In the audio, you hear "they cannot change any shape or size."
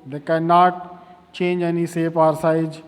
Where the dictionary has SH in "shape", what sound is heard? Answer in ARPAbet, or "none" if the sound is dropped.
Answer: S